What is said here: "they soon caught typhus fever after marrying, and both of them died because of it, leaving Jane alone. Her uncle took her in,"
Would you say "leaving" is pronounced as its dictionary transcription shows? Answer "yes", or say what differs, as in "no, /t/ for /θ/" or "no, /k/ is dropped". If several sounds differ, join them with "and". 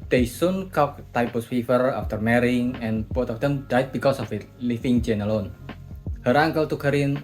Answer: no, /f/ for /v/